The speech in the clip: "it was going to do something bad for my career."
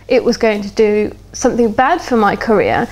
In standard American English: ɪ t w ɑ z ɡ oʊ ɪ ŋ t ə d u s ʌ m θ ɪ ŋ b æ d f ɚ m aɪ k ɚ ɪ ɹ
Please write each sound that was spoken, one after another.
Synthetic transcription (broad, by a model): ɪ t w ɑ z ɡ oʊ ɪ ŋ t ə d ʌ s ʌ m θ ɪ ŋ b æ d f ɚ m aɪ k ɚ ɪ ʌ